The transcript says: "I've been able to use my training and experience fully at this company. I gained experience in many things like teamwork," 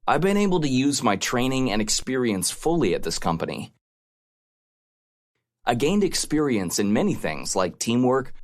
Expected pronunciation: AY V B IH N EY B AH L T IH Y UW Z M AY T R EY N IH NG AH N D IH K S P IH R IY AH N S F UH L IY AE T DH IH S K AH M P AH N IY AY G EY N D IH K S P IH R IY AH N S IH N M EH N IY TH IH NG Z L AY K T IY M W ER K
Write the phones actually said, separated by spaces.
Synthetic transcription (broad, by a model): AY V B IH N EY B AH L T IH Y UW Z M AY T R EY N IH NG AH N IH K S P IH R IY AH N S F UH L IY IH T DH IH S K AH M P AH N IY AY G EY N D IH K S P IH R IY AH N S IH N M EH N IY TH IH NG Z L AY K T IY M W ER K